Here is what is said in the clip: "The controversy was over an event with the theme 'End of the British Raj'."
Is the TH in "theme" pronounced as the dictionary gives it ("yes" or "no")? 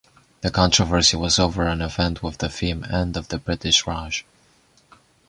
no